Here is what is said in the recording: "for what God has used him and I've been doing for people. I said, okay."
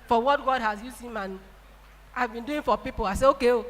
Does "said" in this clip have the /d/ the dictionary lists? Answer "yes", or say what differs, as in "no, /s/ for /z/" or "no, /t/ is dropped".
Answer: no, /d/ is dropped